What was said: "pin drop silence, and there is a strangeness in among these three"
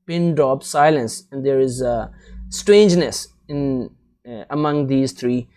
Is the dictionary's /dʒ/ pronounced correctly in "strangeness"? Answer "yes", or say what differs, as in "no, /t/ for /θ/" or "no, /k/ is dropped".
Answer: yes